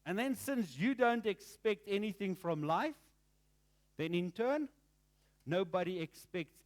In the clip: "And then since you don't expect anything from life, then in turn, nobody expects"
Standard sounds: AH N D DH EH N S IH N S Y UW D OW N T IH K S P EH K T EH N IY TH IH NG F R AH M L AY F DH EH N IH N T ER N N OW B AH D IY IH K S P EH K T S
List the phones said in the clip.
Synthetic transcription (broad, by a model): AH N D DH EH N S IH N S Y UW D OW N T IH K S P EH K T EH N IY TH IH NG F R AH M L AY F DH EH N IH N T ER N N OW B AH D IY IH K S P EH K T S